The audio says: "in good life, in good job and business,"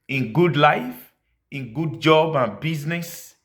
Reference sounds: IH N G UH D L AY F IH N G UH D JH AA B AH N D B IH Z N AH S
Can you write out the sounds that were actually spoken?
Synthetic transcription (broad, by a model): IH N G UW D L AY F IH N G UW D JH AA B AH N B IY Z N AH S